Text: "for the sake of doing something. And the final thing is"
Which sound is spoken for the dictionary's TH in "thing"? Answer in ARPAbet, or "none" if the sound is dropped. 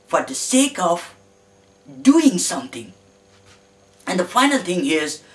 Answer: T